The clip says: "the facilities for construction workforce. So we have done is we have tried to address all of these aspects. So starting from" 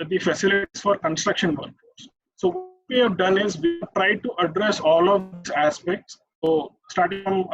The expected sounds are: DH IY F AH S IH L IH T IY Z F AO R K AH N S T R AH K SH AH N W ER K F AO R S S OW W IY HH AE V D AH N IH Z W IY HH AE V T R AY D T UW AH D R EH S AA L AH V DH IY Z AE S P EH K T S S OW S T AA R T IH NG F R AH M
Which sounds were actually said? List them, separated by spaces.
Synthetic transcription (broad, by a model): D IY F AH S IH L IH T IY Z F AO R K AH N S T R AH K SH AH N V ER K AO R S S OW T IY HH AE V D AH N IH Z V IY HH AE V T R AY D T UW AH D R EH S AA L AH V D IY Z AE S P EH K T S S OW S T AA R T IH NG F R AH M